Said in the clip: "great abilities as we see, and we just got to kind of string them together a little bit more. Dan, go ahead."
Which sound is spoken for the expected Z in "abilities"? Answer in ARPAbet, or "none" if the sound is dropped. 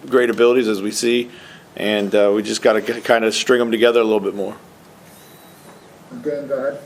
Z